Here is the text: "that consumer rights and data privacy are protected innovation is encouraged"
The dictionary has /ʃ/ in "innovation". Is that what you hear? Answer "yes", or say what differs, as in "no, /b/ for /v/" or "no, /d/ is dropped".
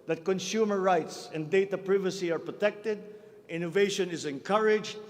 yes